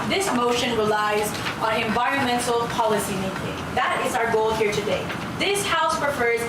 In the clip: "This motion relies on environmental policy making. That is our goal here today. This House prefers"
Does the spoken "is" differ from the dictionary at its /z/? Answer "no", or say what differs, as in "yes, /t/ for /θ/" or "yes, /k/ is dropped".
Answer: no